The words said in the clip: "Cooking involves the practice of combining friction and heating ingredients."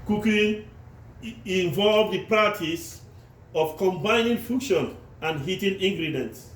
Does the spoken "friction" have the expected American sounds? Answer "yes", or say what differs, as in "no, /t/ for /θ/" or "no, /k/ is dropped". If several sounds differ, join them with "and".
no, /ɹ/ is dropped